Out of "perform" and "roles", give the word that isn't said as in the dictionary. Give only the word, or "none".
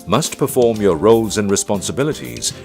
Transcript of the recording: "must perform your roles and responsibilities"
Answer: none